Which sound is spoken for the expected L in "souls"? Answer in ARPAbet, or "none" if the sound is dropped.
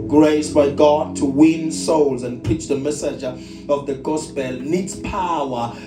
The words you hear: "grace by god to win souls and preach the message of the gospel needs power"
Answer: L